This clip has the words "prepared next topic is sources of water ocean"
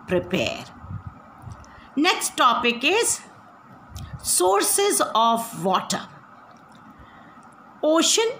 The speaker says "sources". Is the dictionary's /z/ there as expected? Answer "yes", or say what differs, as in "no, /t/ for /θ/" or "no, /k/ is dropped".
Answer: yes